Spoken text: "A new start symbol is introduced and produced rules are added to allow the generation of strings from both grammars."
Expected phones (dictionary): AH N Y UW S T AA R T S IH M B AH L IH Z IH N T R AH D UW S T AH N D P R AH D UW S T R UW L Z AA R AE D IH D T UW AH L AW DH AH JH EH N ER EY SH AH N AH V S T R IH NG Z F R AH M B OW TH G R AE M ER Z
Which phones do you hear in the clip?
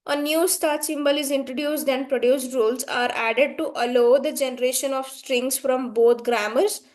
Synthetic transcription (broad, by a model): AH N Y UW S T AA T S IH M B AH L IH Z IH N T R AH D UW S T AH N D P R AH D UW S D R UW L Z AA R AE D IH D T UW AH L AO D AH JH EH N ER EY SH AH N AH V S T R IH NG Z F R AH M B OW T G R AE M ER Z